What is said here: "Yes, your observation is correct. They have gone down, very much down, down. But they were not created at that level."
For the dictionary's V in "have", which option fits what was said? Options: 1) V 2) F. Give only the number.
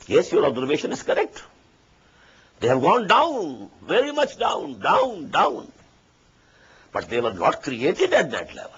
1